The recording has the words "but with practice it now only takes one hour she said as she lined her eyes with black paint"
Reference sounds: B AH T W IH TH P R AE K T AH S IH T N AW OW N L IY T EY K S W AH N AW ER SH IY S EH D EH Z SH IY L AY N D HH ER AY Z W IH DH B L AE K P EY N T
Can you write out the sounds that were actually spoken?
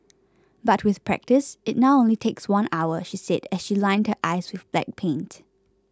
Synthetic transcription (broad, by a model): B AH T W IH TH P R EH K T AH S IH T N AW OW N L IY T EY K S W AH N AW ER SH IY S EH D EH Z SH IY L AY N D HH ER AY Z W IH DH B L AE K P EY N T